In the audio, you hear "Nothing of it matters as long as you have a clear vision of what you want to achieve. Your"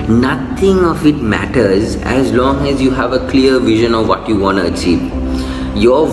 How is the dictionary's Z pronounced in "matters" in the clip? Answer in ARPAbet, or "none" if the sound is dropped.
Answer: Z